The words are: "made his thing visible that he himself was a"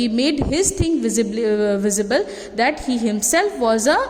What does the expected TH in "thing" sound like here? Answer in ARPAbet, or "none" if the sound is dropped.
T